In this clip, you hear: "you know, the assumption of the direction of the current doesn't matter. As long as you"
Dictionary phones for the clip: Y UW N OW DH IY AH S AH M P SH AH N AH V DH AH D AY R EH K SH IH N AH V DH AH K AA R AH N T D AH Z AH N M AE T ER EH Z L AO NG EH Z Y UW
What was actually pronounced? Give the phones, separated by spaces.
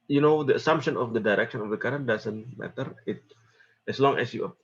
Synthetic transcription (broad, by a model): Y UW N OW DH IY AH S AH M P SH AH N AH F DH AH D AY R EH K SH IH N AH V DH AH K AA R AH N D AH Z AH N M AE T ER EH S L AO NG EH S Y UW